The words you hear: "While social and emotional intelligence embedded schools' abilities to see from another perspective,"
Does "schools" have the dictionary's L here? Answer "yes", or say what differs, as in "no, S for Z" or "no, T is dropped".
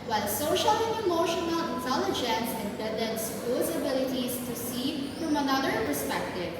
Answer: no, L is dropped